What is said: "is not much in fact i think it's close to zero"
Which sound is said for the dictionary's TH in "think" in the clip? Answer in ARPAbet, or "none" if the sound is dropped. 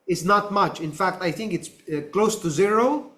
TH